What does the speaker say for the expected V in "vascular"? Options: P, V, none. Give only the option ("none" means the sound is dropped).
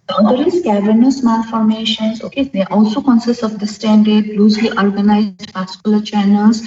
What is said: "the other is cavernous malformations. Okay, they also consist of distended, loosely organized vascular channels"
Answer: P